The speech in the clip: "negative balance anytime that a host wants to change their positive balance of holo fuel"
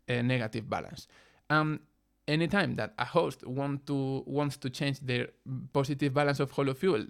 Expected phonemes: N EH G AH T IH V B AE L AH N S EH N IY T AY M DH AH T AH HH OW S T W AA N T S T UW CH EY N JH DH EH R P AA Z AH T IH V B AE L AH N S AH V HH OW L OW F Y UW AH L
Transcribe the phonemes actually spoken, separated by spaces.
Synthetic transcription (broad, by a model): N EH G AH T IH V B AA L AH N S EH N IY T AY M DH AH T AH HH OW S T W AA N T S T UW CH EY N JH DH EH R P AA S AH T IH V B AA L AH N S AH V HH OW L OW F Y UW L